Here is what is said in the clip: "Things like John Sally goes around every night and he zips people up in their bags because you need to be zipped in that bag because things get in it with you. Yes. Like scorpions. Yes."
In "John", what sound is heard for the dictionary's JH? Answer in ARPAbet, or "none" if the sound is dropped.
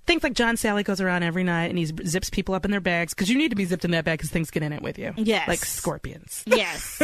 ZH